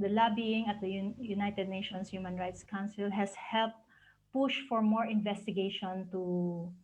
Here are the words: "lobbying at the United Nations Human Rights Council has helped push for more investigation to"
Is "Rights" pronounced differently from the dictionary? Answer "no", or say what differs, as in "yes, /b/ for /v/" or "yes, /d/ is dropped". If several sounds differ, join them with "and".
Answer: no